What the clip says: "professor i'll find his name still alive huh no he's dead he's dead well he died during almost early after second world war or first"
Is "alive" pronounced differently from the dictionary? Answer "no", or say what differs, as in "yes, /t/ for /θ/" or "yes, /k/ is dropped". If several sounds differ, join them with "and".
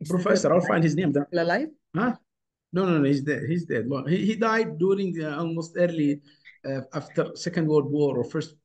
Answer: yes, /f/ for /v/